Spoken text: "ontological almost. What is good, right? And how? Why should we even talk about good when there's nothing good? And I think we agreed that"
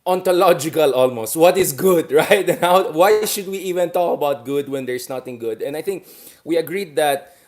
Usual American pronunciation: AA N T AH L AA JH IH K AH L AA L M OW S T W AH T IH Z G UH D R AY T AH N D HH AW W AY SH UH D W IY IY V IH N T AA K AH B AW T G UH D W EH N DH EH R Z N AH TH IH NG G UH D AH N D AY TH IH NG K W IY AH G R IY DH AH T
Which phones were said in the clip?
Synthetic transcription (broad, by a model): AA N T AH L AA JH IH K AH L AA L M OW S T W AH T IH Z G UH D R AY T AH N HH AW W AY SH UH D W IY IY V IH N T AA K AH B AW T G UH D W EH N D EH R S N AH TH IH NG G UH D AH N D AY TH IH NG K W IY AH G R IY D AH T